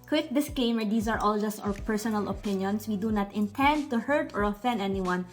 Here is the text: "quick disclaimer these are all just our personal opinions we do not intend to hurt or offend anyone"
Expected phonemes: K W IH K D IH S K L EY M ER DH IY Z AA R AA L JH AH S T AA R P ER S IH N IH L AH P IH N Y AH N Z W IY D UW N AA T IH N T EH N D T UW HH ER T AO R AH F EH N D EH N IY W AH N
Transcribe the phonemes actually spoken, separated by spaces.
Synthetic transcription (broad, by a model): K W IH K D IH S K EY M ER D IY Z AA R AA L JH AH S T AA W P ER S IH N IH L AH P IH N Y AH N S W IY D UW N AA T IH N T EH N D T UW HH ER T AO R AH F EH N D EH N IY W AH N